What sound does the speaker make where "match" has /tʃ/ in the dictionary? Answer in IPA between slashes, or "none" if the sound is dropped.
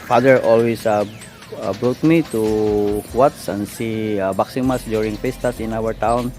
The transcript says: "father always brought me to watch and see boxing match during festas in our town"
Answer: /s/